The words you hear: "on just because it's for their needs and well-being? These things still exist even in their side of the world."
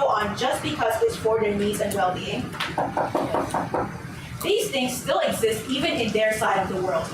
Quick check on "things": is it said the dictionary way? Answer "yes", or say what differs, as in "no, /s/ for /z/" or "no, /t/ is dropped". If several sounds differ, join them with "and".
yes